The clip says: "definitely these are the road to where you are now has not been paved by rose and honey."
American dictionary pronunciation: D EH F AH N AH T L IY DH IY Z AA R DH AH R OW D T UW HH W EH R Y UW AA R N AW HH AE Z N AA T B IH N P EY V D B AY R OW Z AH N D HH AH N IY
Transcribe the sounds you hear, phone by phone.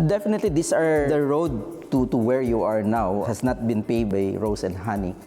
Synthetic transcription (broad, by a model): D EH F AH N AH T L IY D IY S AA R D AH R OW D T UW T W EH R Y UW AA R N AW HH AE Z N AA T B IH N P EY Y D B AY R OW S AH N D HH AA N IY